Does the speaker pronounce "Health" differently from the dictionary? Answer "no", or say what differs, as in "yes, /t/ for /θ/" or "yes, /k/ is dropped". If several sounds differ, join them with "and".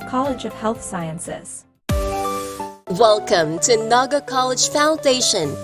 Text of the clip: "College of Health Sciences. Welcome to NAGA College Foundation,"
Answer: no